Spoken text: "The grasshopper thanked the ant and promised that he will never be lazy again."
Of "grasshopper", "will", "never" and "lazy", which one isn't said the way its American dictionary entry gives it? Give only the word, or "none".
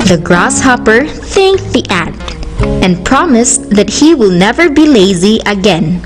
none